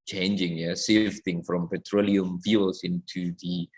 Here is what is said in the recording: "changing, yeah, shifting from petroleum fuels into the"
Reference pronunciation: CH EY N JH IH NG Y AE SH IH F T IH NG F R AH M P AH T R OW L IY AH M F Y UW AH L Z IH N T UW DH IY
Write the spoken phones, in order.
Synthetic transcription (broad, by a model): CH EY N JH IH NG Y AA S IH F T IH NG F R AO M P AH T R OW L IY AH M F Y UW L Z IH N T UW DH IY